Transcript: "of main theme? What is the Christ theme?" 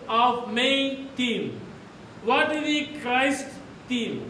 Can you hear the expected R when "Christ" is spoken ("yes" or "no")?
yes